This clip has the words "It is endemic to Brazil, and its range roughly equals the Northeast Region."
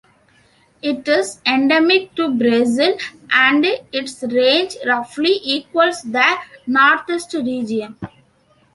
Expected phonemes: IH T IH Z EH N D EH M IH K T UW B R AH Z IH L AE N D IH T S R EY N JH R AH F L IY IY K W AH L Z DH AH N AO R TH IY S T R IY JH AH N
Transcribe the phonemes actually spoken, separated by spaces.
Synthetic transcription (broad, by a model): IH T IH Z EH N D EH M IH K T UW B R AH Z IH L AE N D IH T S R EY N JH R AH F L IY IY K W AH L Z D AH N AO R T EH S T R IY JH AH N